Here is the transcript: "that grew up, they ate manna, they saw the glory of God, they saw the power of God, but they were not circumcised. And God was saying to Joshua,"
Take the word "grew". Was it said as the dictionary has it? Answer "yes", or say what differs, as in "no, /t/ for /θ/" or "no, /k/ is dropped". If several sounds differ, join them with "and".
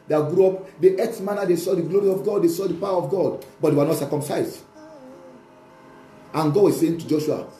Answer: yes